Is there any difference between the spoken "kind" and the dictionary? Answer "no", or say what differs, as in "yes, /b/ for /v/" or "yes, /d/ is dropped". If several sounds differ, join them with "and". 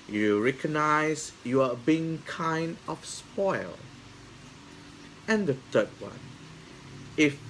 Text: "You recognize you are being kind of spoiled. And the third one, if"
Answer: no